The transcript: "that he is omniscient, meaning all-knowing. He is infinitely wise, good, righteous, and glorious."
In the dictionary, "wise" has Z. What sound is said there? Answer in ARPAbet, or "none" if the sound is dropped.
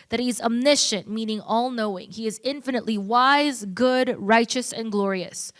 Z